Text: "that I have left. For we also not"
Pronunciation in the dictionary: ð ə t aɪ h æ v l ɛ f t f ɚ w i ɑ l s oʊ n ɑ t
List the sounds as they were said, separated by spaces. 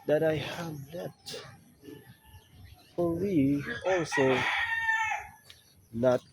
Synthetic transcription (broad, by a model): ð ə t aɪ h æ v n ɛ t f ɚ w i ɑ l s oʊ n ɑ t